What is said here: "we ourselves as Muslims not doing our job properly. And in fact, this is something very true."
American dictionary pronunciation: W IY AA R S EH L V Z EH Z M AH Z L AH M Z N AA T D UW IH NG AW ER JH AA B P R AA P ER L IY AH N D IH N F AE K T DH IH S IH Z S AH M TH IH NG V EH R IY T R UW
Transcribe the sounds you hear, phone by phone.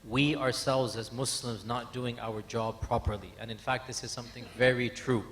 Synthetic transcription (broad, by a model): W IY AA R S EH L V Z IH Z M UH S L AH M Z N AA T D UW IH NG AW ER JH AA B P R AA P ER L IY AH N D IH N F AE K T DH IH S IH Z S AH M TH IH NG V EH R IY T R UW